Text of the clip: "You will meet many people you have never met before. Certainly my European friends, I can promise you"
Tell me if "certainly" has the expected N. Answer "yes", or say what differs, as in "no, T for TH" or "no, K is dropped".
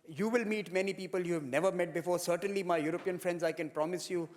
yes